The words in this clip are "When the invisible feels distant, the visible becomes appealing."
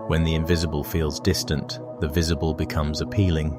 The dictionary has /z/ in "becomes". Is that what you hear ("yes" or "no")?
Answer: yes